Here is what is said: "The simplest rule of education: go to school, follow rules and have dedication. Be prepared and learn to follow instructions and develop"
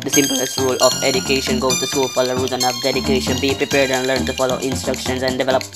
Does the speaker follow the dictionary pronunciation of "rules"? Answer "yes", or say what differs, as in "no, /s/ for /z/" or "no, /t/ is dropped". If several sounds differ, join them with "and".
no, /l/ is dropped